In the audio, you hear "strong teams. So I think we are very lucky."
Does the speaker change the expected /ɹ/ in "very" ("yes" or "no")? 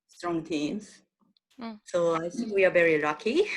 no